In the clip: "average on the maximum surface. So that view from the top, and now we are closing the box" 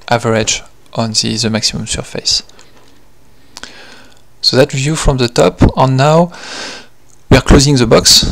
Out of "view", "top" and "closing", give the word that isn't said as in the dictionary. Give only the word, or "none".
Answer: none